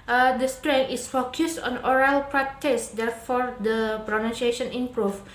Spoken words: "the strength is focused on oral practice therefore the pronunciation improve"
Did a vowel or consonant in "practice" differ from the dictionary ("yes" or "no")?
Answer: yes